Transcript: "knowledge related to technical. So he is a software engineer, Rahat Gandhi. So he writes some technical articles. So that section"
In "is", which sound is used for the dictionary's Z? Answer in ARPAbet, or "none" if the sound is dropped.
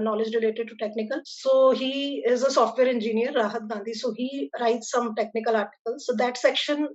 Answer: Z